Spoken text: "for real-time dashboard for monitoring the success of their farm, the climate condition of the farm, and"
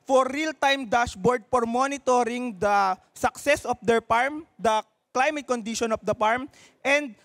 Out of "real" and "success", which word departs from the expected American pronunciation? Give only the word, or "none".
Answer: none